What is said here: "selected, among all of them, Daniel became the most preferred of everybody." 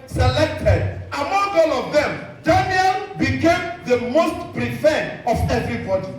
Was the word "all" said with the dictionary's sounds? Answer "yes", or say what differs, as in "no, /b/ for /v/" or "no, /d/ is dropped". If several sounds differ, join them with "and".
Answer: yes